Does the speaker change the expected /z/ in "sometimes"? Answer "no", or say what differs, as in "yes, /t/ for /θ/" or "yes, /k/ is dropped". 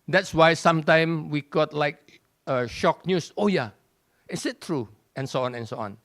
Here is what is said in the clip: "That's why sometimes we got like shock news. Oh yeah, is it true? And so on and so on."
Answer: yes, /z/ is dropped